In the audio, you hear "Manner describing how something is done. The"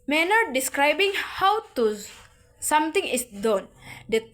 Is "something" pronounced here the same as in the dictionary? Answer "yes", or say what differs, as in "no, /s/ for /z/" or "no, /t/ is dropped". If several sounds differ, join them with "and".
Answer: no, /t/ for /θ/